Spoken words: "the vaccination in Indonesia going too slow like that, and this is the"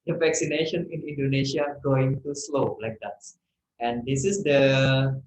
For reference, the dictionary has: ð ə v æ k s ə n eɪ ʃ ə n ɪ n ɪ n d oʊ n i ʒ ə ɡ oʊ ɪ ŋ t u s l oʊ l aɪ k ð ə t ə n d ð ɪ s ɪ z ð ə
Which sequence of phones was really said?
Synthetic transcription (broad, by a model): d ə v æ k s ə n eɪ ʃ ə n ɪ n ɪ n d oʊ n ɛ ʃ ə ɡ oʊ ɪ ŋ t u s l oʊ l aɪ k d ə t ə n d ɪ s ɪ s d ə